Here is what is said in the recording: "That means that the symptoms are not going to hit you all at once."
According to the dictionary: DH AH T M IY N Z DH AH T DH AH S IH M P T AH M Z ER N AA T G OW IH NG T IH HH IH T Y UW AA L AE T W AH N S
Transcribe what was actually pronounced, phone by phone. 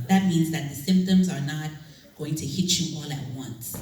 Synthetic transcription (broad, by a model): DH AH T M IY N Z DH AH T DH AH S IH M P T AH M Z ER N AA T G OW IH NG T IH HH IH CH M AA L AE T W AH N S